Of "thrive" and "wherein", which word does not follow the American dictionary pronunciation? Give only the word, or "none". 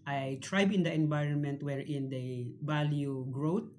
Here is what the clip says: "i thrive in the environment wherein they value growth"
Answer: thrive